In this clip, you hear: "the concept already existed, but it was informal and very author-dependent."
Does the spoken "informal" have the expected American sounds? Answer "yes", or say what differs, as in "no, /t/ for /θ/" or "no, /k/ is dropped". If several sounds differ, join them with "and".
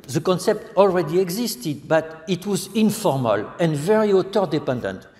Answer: yes